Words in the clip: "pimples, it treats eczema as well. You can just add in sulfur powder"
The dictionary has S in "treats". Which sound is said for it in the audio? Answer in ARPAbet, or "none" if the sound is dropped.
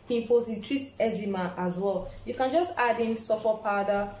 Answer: none